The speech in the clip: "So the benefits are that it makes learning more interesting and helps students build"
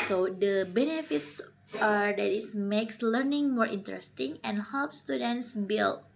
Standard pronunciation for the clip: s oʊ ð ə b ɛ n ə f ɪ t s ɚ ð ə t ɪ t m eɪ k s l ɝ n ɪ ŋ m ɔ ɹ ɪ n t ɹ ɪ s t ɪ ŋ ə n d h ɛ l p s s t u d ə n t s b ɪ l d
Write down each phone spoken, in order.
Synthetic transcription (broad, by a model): s oʊ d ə b ɛ n ə f ɪ t s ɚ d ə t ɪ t m eɪ k s l ɝ n ɪ ŋ m ɔ ɹ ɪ n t ɹ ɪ s t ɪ ŋ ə n h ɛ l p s s t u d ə n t s b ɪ l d